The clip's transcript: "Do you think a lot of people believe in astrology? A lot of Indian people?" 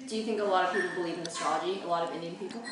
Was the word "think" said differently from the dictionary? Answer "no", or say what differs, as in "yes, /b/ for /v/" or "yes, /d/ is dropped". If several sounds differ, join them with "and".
no